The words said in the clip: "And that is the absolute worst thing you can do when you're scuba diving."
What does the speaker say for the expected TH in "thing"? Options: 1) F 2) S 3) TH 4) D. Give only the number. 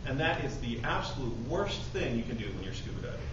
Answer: 3